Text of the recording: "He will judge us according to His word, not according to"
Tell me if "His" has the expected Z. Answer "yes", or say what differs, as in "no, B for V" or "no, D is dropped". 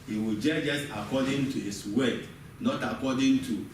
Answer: no, S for Z